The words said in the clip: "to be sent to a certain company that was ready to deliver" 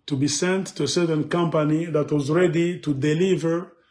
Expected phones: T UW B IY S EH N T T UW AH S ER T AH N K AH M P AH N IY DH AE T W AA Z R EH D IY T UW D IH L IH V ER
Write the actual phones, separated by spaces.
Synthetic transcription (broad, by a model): T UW B IY S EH N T T UW AH S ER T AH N K AH M P AH N IY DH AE T W AA Z R EH D IY T UW D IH L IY V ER